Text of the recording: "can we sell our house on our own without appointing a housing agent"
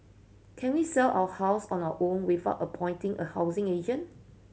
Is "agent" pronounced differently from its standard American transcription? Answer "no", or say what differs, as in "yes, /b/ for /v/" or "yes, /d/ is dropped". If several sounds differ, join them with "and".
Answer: yes, /t/ is dropped